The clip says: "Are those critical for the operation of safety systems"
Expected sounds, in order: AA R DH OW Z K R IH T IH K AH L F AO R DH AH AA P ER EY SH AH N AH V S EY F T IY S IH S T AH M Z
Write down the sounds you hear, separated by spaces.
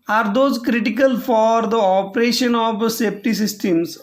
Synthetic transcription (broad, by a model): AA R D OW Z K R IH T IH K AH L F AO R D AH AA P ER EY SH AH N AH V S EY P T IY S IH S T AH M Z